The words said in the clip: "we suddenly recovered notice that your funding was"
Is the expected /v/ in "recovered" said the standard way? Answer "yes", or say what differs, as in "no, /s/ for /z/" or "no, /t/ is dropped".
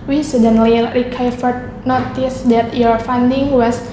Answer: no, /f/ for /v/